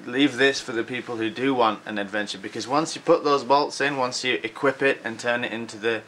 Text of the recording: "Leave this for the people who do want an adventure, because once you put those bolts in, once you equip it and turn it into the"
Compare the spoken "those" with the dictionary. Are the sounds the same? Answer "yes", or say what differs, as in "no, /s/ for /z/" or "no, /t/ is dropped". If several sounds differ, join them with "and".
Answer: yes